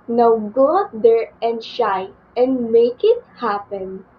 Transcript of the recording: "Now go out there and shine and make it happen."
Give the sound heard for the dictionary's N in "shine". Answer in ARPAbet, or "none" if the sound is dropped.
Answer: none